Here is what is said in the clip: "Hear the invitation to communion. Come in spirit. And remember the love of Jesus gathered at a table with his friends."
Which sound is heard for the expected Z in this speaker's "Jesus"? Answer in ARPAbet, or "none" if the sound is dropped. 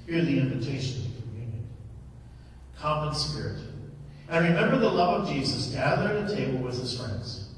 Z